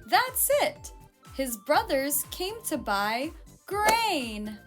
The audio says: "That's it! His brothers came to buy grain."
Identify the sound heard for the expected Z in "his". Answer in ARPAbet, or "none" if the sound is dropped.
Z